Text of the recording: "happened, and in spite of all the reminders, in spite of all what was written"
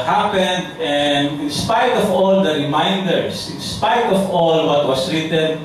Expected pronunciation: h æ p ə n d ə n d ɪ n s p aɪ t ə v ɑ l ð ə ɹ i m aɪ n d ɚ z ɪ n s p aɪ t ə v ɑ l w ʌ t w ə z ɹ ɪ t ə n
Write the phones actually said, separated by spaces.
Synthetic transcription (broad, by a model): h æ p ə n d ə n d ɪ n s p aɪ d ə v ɑ l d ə ɹ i m aɪ n d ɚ s ɪ n s p aɪ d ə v ɑ l w ʌ t w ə s ɹ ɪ t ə n